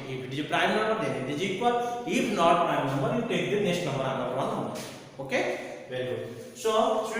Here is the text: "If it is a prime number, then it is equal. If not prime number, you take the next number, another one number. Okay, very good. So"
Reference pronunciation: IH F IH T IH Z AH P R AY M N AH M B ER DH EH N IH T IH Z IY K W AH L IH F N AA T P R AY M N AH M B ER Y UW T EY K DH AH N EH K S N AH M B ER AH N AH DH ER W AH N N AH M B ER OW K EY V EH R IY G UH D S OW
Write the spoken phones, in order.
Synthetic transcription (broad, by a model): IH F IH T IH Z AH P R AY M N AH M B ER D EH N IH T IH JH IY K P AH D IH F N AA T P R AY M N AH M B ER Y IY T EY K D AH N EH S N AH M B ER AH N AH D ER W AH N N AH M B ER OW K EY V EH R IY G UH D S OW